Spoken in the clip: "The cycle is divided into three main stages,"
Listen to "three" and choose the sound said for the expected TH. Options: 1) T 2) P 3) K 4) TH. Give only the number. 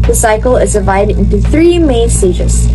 4